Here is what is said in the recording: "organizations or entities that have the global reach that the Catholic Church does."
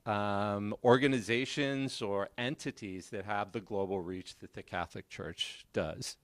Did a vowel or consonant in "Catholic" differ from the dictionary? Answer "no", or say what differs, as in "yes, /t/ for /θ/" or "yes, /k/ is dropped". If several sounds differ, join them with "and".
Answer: no